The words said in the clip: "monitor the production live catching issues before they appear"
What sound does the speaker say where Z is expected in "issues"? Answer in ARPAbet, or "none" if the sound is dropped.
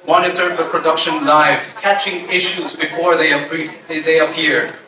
Z